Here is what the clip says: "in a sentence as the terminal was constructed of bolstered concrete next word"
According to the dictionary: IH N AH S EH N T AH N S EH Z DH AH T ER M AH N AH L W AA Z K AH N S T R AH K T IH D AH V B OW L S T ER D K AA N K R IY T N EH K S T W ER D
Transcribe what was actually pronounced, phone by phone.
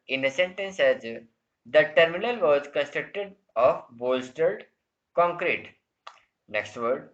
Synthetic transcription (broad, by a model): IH N AH S EH N T AH N S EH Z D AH T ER M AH N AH L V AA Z K AH N S T R AH K T IH D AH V B OW L S T ER D K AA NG K R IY T N EH K S T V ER D